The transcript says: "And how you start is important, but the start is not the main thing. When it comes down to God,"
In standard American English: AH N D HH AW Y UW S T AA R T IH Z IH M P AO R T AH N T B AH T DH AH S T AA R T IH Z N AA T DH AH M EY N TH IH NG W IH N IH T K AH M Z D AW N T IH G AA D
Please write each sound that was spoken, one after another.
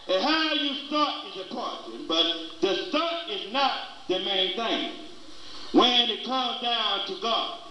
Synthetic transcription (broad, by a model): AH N HH AW Y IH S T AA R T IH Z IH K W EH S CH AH N B AH T DH AH S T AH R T IH Z N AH T DH AH M EY N TH IH NG W IH N IH T K AH M Z D AW N T IH G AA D